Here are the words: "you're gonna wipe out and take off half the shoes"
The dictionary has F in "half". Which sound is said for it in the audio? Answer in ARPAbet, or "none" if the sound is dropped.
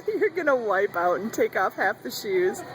F